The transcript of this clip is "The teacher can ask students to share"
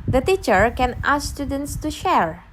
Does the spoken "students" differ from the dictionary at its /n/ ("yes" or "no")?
no